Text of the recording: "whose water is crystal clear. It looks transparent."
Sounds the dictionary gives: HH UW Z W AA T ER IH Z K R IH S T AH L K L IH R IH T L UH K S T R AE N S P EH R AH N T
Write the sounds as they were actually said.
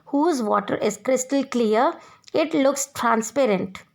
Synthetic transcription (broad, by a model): HH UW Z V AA T ER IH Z K R IH S T AH L K L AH R IH T L UH K S T R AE N S P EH R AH N T